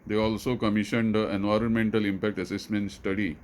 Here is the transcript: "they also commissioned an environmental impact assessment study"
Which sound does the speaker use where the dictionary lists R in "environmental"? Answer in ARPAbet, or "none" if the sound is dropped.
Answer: R